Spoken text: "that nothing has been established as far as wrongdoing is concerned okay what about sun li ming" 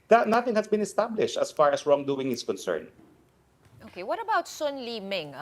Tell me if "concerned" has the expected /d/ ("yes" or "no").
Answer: no